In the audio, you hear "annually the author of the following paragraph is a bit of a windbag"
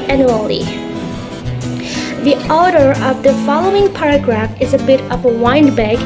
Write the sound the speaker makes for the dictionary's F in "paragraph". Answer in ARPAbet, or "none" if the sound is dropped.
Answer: F